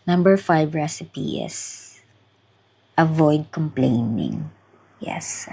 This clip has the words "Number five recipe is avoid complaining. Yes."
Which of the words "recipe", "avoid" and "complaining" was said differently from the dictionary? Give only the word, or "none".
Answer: none